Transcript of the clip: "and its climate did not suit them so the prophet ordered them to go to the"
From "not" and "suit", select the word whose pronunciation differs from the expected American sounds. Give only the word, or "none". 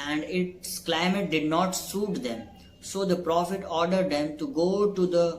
none